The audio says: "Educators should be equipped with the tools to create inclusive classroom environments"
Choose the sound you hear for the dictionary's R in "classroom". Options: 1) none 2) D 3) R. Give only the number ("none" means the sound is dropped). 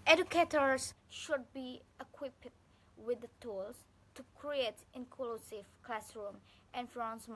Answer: 3